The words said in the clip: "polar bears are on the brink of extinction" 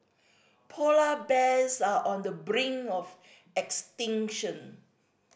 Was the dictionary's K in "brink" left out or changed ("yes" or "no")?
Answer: yes